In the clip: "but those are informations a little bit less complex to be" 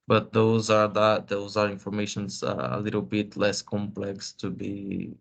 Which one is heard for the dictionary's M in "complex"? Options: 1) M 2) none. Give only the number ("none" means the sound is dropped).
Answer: 1